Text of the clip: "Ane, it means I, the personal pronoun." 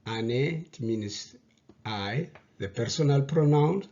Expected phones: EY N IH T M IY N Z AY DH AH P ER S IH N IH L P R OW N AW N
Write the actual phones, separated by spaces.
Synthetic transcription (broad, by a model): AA N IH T M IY N S AY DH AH P ER S IH N IH L P R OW N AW N